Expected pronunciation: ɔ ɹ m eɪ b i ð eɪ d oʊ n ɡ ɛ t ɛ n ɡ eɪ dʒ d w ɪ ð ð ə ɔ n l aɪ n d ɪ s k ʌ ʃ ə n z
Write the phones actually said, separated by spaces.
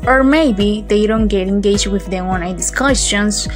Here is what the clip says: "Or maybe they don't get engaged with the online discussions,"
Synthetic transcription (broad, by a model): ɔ ɹ m eɪ b i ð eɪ d oʊ n ɡ ɛ t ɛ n ɡ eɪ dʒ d w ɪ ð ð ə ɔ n aɪ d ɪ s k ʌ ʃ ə n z